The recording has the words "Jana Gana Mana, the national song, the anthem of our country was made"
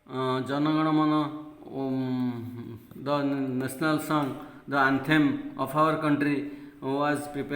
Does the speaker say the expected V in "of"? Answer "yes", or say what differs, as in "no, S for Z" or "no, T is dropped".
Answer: no, P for V